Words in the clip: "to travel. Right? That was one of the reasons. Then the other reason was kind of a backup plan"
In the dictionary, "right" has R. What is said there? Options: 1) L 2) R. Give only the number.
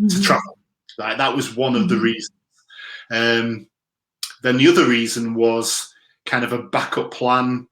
1